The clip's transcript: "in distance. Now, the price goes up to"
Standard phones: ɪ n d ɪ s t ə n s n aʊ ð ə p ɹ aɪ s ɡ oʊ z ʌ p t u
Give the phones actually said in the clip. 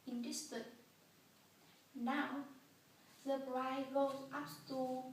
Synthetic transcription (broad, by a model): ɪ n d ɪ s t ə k n aʊ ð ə b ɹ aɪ ɡ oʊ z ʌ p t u